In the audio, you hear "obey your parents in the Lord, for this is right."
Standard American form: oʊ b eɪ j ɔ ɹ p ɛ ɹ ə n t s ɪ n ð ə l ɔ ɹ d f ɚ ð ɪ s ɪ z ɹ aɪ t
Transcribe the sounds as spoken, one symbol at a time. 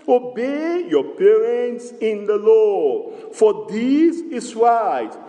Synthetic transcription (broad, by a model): oʊ b eɪ j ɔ p ɛ ɹ ə n t s ɪ n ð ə l ɔ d f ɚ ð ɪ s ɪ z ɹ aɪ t